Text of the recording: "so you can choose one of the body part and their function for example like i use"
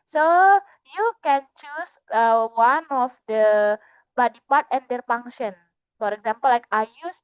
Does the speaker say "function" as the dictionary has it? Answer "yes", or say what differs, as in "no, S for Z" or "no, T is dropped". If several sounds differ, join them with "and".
no, K is dropped